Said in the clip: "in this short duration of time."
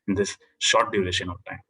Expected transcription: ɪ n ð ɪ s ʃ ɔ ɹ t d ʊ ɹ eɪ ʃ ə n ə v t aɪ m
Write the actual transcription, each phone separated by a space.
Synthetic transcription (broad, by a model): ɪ n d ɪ s ʃ ɔ ɹ t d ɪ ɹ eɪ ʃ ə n ə v t aɪ m